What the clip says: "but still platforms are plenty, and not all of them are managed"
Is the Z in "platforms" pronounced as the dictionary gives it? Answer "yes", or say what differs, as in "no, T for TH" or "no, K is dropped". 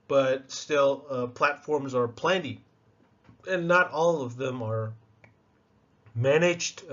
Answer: yes